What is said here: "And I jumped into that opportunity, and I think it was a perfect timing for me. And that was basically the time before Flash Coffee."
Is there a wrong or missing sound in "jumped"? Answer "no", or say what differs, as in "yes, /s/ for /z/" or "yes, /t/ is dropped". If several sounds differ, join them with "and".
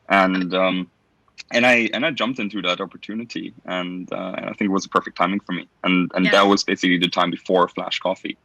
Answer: no